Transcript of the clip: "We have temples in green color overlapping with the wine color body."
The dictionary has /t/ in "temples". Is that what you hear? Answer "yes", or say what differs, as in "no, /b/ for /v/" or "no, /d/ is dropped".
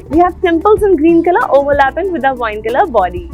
no, /s/ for /t/